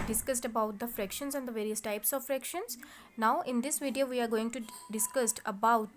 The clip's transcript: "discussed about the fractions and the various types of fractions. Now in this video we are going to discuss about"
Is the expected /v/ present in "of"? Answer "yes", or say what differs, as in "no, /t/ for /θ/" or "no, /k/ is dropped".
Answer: yes